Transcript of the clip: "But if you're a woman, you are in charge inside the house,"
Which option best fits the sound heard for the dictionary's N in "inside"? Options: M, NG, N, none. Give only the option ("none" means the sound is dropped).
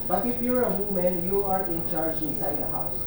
N